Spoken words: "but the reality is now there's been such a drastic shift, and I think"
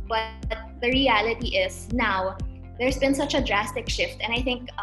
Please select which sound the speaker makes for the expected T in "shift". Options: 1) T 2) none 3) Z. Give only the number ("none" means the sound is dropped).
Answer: 1